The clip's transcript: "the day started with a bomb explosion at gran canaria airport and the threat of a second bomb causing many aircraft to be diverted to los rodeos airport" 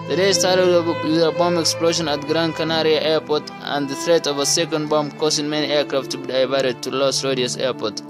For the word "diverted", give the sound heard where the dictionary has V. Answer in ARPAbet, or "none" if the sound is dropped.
B